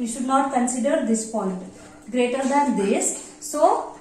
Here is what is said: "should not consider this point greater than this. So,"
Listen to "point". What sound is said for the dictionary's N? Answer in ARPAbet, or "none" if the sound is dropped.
none